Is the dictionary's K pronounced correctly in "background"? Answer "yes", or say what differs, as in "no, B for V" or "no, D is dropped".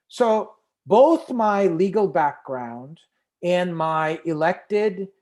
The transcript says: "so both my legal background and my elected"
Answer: yes